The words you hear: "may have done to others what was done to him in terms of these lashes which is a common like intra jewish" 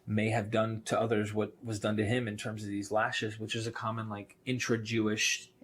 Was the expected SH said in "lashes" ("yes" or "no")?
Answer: yes